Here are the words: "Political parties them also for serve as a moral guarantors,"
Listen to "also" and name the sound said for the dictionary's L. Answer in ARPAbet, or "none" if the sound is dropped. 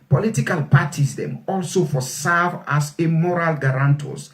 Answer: L